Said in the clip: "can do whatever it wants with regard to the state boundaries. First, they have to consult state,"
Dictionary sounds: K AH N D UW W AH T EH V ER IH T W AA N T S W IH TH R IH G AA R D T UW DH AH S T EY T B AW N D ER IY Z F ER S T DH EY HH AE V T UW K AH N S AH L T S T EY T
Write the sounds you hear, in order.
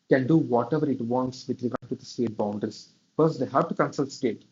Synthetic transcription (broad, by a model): K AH N D UW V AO T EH V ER IH T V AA N T S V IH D R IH G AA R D T UW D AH S T EY T B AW N D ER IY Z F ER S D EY HH AE V T UW K AH N S AH L T S T EY T